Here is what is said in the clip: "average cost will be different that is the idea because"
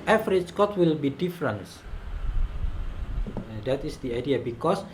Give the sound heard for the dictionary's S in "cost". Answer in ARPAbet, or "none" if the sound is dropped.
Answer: none